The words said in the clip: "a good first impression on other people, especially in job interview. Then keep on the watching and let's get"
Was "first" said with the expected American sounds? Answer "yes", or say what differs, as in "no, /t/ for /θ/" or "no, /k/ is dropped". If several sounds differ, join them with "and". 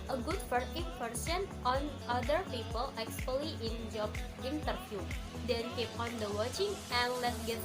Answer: no, /s/ is dropped